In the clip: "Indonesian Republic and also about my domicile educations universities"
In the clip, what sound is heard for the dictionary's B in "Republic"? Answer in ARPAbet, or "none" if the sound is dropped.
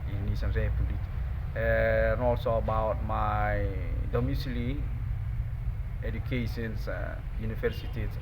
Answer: none